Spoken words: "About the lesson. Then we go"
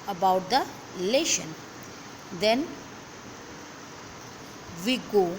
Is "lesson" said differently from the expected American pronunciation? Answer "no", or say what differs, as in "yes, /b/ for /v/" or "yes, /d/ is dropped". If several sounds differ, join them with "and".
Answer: yes, /ʃ/ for /s/